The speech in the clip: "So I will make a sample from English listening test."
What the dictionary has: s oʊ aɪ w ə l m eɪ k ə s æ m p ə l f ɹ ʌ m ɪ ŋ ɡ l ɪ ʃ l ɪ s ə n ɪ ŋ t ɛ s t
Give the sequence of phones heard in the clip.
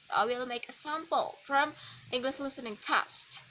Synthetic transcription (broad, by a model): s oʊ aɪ w ə l m eɪ k ə s æ m p ə l f ɹ ʌ m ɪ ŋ ɡ l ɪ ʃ l ɪ s ə n ɪ ŋ t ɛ s t